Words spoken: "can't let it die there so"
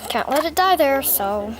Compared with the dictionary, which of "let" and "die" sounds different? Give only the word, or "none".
none